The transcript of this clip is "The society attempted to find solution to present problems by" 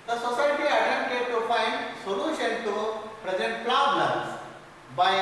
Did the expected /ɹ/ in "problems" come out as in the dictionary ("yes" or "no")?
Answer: no